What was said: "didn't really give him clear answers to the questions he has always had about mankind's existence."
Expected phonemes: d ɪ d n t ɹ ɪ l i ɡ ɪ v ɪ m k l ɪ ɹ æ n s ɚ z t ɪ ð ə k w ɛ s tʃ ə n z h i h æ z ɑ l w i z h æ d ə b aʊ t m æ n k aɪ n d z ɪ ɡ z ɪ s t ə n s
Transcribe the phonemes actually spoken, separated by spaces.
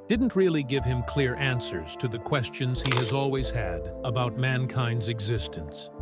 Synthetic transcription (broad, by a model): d ɪ d n t ɹ ɪ l i ɡ ɪ v ɪ m k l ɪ ɹ æ n s ɚ z t ɪ ð ə k w ɛ s tʃ ə n z h i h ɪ z ɑ l w i z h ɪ d ə b aʊ t m æ n k aɪ n d z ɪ ɡ z ɪ s t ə n s